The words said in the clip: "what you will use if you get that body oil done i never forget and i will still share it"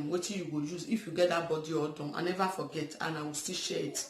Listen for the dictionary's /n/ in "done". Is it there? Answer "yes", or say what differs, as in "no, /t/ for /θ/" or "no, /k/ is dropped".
no, /n/ is dropped